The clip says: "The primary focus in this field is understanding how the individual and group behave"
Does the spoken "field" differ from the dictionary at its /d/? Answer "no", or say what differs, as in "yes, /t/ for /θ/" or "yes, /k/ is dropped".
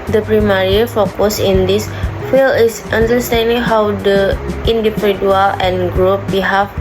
yes, /d/ is dropped